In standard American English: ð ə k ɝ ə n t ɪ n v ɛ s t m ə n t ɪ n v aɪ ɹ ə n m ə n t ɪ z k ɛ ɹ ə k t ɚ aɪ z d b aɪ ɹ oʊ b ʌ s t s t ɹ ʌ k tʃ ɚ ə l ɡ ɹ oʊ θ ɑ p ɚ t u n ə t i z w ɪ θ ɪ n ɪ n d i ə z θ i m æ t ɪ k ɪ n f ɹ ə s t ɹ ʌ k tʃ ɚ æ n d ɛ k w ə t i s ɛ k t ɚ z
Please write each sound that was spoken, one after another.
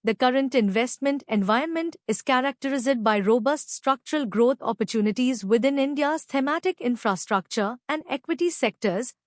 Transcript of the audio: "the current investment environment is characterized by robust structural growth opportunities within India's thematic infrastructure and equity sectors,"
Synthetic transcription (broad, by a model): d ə k ɝ ə n t ɪ n v ɛ s t m ə n t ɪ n v aɪ ə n m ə n t ɪ z k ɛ ɹ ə k t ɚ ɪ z d b aɪ ɹ oʊ b ʌ s t s t ɹ ʌ k tʃ ɚ ə l ɡ ɹ oʊ t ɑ p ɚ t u n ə t i z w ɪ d ɪ n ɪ n d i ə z t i m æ t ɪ k ɪ n f ɹ ə s t ɹ ʌ k tʃ ɚ æ n d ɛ k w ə t i s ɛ k t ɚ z